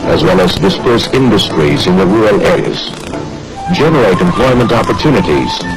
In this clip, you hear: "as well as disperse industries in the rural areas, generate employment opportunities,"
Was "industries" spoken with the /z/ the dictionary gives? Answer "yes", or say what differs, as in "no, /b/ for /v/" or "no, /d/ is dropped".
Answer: yes